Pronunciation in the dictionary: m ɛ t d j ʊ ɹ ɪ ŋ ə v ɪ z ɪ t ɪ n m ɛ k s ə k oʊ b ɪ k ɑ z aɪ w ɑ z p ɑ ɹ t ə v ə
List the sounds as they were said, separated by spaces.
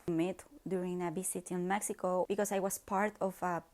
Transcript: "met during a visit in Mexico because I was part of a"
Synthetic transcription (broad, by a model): m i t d j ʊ ɹ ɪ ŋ ə b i s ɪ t ɪ n m ɛ k s ə k oʊ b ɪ k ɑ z aɪ w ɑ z p ɑ ɹ t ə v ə